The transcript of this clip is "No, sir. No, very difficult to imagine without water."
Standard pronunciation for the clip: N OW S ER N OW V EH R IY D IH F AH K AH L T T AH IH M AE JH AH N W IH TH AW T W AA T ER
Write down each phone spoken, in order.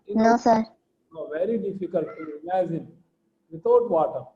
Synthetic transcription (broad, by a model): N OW S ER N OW V EH R IY D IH F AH K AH L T T AH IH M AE Z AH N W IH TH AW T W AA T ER